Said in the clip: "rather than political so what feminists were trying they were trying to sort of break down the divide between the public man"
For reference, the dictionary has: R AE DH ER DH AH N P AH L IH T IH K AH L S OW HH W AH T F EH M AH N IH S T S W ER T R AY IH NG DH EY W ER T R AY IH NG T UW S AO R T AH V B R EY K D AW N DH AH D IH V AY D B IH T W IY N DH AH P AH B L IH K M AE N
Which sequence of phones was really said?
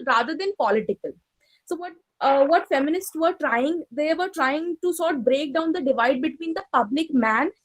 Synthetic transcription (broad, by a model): R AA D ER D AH N P AH L IH T IH K AH L S OW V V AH T F EH M AH N IH S T S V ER T R AY IH NG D EY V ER T R AY IH NG T UW S AO R T B R EY K D AW N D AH D IH V AY D B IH T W IY N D AH P AH B L IH K M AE N